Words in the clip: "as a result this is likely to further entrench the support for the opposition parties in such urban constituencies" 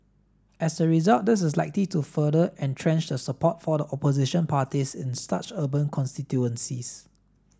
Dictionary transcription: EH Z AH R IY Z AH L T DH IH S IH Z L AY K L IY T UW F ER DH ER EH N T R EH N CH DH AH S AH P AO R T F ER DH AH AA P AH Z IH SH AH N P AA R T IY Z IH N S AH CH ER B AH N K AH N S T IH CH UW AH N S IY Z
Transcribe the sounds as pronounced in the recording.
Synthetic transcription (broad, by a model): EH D AH R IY Z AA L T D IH S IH S L AY K L IY T UW F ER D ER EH N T R EH N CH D AH S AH P AO T F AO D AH AA P AH Z IH SH AH N P AA T IY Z IH N S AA CH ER B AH N K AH N S T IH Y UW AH N S IY S